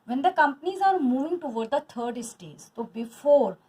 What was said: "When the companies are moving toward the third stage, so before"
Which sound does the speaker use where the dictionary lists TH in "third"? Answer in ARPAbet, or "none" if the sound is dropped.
T